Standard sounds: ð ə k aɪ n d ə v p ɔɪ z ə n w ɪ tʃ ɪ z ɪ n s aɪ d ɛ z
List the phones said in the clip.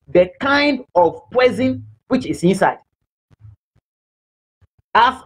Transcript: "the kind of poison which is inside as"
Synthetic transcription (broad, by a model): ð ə k aɪ n d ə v p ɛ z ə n w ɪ tʃ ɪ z ɪ n s aɪ d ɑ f